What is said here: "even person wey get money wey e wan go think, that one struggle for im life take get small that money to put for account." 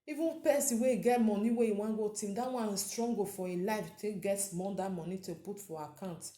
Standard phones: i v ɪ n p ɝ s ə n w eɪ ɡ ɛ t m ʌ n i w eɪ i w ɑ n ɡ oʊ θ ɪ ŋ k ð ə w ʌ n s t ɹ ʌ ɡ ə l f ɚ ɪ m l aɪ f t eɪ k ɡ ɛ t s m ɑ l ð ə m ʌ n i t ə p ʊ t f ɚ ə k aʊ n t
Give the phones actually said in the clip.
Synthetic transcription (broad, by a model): i v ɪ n p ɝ s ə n w eɪ ɡ ɛ t m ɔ n i w eɪ i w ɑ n ɡ oʊ t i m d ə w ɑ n s t ɹ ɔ ɡ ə f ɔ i l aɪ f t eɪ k ɡ ɛ t s m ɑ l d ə m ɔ n i t ə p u t f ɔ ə k aʊ n t